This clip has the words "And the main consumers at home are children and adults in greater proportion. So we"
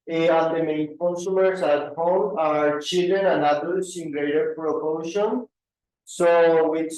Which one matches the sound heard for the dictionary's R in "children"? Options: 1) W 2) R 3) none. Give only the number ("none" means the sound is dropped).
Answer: 3